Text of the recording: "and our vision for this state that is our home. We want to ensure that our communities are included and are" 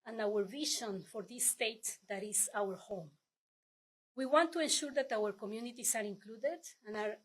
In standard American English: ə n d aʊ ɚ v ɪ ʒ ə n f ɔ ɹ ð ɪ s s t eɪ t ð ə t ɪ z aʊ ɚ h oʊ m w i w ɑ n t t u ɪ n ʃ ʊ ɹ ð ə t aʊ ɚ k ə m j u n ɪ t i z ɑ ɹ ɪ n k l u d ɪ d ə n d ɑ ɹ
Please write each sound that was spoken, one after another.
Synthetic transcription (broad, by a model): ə n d aʊ ɚ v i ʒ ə n f ɔ ɹ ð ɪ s s t eɪ t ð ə t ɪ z aʊ ɚ h oʊ m w i w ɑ n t t u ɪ n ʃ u ɹ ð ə t aʊ ɚ k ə m j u n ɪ t i s ɑ ɹ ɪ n k l u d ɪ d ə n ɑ ɹ